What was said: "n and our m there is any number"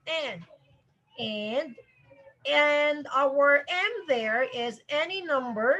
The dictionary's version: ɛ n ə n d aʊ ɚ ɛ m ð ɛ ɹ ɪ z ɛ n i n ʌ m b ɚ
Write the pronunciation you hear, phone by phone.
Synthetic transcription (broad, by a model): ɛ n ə n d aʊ ɚ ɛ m ð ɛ ɹ ɪ z ɛ n i n ʌ m b ɚ